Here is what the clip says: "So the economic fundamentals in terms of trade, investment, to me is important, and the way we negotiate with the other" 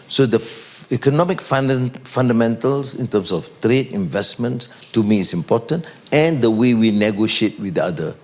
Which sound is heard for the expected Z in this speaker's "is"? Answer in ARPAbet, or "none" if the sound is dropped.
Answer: S